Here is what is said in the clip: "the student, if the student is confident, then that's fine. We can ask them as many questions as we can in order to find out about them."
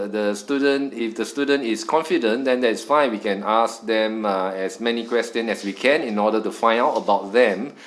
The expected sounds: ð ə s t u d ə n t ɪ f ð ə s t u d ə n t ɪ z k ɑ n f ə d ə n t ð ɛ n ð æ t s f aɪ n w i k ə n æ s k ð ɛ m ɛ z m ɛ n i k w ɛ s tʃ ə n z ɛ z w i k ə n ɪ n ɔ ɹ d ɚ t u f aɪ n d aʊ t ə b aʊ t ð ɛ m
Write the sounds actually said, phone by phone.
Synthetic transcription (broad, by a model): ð ə s t u d ə n t ɪ f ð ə s t u d ə n t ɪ s k ɑ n f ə d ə n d ɛ n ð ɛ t s f aɪ n w i k ə n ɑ s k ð ɛ m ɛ s m ɛ n i k w ɛ s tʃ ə n ɛ s w i k ə n ɪ n ɔ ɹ d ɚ t u f aɪ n aʊ t ə b aʊ t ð ɛ m